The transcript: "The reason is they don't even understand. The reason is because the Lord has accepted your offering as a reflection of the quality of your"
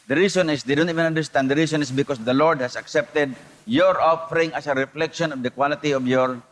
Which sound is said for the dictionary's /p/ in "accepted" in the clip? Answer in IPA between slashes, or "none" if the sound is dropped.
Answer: /p/